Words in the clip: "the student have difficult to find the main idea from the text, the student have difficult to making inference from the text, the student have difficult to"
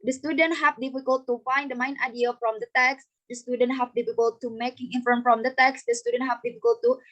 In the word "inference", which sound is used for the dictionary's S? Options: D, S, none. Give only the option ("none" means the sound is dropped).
none